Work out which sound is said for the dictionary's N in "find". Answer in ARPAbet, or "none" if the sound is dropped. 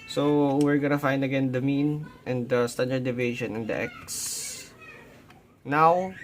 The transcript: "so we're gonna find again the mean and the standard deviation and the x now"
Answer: N